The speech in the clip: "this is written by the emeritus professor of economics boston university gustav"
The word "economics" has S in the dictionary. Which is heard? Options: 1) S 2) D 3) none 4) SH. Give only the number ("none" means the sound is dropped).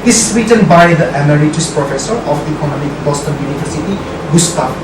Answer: 3